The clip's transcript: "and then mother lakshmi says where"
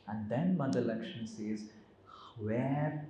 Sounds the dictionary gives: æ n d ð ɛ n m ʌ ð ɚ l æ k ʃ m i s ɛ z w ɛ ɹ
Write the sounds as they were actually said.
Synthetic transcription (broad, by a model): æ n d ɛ n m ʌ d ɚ l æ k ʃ i s ɛ z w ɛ ɹ